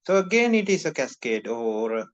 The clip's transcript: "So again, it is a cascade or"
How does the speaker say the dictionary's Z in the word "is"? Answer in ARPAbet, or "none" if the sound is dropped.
S